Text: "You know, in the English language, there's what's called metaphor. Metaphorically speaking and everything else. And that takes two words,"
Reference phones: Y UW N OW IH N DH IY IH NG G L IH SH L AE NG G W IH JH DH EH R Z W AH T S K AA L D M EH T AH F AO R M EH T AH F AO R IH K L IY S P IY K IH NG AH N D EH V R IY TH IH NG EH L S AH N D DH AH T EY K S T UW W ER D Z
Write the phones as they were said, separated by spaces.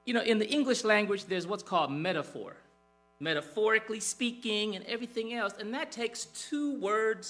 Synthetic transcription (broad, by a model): Y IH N OW IH N DH IY IH NG G L IH SH L AE NG G W IH JH DH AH R Z W AH T S K AA L D M EH T AH F AO R M EH T AH F AO R IH K L IY S P IY K IH NG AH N EH V R IY TH IH NG EH L S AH N DH AH T EY K S T UW W ER D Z